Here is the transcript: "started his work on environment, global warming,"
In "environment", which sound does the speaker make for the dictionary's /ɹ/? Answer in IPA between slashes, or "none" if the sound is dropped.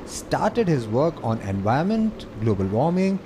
none